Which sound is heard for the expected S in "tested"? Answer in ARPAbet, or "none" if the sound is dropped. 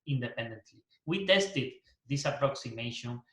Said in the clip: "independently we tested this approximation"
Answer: S